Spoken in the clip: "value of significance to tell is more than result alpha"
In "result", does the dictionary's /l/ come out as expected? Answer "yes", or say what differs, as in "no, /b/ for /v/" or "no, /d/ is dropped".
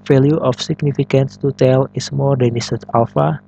no, /l/ is dropped